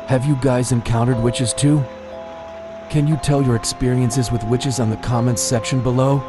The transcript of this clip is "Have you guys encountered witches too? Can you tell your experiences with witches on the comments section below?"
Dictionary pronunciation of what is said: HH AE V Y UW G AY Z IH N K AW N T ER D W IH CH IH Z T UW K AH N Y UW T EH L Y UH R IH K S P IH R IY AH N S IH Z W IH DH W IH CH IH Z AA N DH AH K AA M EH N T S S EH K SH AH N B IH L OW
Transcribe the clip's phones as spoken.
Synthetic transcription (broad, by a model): HH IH V Y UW G AY Z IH N K AW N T ER D W IH CH IH Z T UW K AH N Y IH T EH L Y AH R IH K S P IH R IY AH N S IH Z W IH DH W IH CH IH Z N DH AH K AA M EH N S S EH K SH AH N B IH L OW